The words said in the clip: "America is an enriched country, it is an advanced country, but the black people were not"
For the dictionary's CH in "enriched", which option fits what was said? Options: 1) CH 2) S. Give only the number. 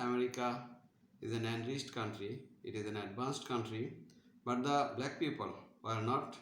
2